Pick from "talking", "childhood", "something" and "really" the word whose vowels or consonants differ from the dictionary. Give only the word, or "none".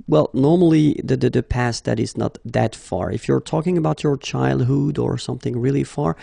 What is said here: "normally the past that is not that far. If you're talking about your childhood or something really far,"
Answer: none